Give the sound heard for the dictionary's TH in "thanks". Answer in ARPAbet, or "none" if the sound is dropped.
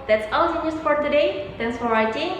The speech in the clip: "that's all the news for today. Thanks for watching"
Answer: T